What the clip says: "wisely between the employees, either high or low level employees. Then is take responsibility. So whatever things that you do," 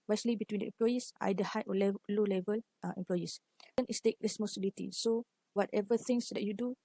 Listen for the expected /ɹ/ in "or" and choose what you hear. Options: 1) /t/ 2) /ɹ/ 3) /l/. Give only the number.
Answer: 3